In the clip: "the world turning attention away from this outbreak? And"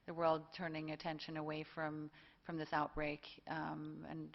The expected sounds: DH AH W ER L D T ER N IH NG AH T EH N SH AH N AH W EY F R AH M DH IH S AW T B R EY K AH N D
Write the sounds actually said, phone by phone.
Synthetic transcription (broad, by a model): DH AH W ER L D T ER N IH NG AH T EH N SH AH N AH W EY F R AH M DH IH S AW T B R EY K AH N